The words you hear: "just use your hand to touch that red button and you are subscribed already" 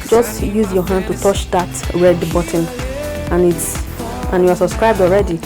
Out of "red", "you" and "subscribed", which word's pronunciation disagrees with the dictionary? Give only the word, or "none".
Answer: none